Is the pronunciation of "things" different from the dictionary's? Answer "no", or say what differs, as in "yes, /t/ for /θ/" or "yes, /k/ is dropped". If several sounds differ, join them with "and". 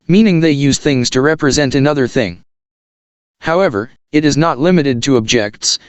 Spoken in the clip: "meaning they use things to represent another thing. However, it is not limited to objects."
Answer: no